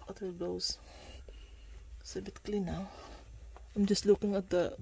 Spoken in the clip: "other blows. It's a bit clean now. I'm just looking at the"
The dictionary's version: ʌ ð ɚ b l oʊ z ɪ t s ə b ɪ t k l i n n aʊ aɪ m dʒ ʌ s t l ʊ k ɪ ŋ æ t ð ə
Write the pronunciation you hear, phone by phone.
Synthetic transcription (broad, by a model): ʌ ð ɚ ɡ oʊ ɪ s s ə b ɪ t k l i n n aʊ aɪ m dʒ ʌ s t l ʊ k ɪ ŋ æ t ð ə